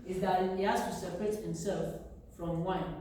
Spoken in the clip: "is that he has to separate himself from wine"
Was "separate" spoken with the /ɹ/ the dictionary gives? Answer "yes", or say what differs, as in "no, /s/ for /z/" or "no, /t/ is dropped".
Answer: yes